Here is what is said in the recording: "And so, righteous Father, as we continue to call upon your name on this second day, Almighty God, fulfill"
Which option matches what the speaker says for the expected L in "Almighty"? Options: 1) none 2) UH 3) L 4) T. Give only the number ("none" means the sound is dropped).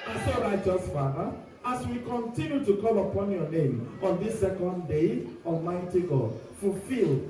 1